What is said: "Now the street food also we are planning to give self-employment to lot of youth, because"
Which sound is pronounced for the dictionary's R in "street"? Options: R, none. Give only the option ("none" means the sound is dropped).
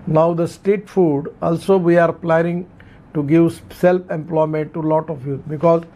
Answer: none